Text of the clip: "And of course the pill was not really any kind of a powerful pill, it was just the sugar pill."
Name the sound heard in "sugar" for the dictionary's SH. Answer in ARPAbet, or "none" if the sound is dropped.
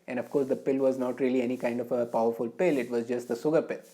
S